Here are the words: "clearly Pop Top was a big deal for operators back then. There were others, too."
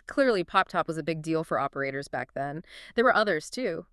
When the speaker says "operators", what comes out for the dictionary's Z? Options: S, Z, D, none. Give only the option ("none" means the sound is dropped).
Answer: Z